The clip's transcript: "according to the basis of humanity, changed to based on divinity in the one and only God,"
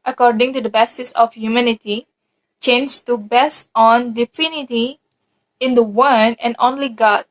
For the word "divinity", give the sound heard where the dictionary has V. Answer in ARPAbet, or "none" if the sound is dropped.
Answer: F